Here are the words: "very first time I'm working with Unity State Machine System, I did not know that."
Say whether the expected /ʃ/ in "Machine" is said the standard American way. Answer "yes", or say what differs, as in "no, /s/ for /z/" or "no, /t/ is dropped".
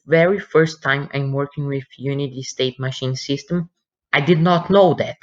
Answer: yes